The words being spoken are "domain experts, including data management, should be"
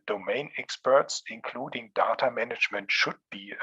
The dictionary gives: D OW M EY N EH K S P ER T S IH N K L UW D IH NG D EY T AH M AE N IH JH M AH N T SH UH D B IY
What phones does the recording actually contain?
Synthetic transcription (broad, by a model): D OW M EY N EH K S P ER T S IH N K L UW D IH NG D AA T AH M AE N IH JH M AH N T SH UH D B IY